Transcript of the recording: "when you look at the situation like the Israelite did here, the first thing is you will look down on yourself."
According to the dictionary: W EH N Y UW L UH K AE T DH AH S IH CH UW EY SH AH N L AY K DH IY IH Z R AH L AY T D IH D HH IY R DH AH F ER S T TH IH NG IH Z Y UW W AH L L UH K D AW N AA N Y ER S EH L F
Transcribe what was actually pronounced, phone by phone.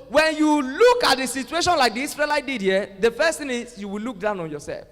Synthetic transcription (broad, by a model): W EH N Y UW L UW K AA T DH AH S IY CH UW EY SH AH N L AY K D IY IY S R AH L AY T D IH D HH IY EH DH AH F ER S T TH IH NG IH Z Y UW W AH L L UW K D AW N AA N Y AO S EH L F